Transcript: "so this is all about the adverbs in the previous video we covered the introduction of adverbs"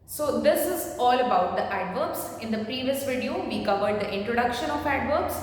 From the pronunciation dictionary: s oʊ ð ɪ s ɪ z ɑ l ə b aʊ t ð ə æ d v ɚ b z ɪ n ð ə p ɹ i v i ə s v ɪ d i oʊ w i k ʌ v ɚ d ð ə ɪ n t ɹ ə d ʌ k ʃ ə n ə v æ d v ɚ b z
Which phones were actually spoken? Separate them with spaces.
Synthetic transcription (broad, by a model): s oʊ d ɪ s ɪ z ɑ l ə b aʊ t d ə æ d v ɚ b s ɪ n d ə p ɹ i v i ə s v ɪ d i oʊ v i k ʌ v ɚ d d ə ɪ n t ɹ ə d ʌ k ʃ ə n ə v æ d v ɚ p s